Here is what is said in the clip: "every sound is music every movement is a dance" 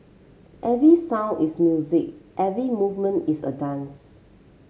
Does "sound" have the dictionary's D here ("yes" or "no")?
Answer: no